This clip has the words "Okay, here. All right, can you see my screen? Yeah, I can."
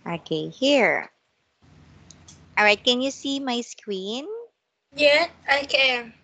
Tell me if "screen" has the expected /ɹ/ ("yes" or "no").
no